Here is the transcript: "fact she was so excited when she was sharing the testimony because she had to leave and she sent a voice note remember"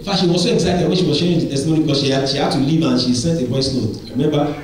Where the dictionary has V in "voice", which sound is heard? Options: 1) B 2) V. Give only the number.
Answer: 1